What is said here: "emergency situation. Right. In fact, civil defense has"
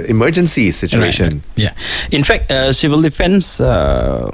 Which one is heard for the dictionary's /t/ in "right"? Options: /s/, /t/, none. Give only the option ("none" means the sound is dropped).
none